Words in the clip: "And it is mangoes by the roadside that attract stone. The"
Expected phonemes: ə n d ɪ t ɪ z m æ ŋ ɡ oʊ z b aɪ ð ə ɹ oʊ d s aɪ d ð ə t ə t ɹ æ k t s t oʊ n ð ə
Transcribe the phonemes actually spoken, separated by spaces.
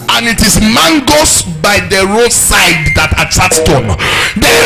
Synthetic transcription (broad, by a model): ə n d ɪ t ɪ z m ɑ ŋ ɡ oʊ s b aɪ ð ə ɹ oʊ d s aɪ d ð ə t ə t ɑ t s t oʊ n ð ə